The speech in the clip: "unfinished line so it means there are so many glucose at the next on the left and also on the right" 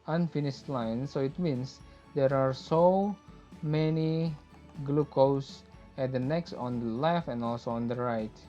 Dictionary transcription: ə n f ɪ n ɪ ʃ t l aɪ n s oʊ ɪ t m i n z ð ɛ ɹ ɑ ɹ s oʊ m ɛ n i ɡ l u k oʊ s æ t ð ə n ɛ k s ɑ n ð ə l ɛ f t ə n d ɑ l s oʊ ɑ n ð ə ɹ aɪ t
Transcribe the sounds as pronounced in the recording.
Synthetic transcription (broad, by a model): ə n f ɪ n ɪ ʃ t l aɪ n s oʊ ɪ t m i n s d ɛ ɹ ɑ ɹ s oʊ m ɛ n i ɡ l u k oʊ s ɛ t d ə n ɛ k s ɑ n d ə l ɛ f ə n ɑ l s oʊ ɑ n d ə ɹ aɪ t